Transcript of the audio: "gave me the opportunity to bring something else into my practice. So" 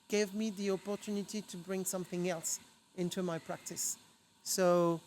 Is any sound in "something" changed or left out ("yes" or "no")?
no